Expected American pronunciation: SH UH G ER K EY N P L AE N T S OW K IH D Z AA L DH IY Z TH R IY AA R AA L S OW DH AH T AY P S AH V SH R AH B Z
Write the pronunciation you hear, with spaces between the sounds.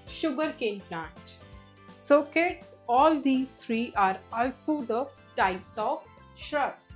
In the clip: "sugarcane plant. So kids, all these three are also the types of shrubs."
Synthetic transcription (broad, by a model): SH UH G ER K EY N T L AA T S OW K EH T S AA L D IY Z T R IY AA R AA L S OW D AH T AY P S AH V SH R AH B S